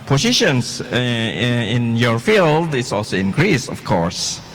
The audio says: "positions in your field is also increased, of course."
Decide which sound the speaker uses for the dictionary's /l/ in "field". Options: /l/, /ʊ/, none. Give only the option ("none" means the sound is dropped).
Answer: /l/